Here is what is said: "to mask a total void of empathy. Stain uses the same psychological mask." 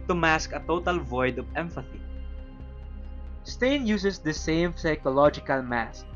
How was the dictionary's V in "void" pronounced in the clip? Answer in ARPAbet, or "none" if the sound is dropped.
V